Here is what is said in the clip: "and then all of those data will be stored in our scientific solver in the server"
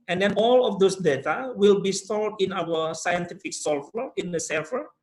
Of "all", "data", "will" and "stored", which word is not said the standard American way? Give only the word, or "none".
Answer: stored